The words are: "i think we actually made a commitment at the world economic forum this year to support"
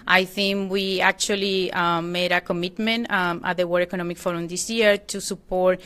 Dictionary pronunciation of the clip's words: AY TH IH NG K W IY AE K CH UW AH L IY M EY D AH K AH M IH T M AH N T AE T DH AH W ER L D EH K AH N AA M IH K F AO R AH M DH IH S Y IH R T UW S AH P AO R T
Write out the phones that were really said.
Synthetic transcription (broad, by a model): AY TH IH NG K W IY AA K CH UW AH L IY M EY D AH K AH M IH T M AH N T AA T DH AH W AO D EH K AH N AA M IH K F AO R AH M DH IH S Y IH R T UW S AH P AO R T